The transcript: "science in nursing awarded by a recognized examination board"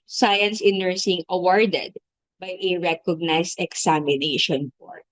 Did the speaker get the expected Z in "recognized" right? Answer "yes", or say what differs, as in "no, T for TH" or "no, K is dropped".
no, S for Z